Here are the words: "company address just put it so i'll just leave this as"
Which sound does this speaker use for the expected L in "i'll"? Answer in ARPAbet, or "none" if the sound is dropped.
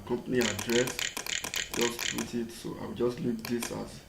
W